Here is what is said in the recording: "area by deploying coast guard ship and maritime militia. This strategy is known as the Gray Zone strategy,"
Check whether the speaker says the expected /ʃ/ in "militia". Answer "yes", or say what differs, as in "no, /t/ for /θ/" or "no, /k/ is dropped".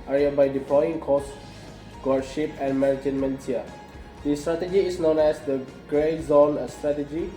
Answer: no, /ʃ/ is dropped